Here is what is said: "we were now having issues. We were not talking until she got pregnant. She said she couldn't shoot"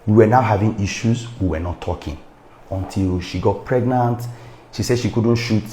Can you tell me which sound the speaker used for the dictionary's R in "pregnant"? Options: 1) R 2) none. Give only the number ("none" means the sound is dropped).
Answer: 1